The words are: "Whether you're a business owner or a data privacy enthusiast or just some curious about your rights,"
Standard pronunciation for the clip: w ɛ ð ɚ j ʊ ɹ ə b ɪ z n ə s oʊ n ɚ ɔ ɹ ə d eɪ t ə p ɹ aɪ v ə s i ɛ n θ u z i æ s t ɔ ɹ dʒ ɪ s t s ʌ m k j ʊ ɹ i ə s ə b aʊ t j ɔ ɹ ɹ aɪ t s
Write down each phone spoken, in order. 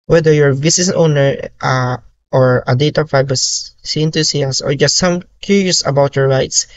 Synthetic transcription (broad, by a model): w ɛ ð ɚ j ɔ ɹ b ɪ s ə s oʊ n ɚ ɔ ɹ ə d eɪ t ə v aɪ b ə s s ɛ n t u s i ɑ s ɔ ɹ dʒ ɪ s t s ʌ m k j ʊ ɹ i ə s ə b aʊ t j ɔ ɹ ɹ aɪ t s